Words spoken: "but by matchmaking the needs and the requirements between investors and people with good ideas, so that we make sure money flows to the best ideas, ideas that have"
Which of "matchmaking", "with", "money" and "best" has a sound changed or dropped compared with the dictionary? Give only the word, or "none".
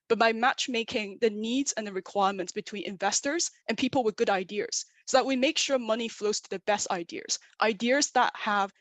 none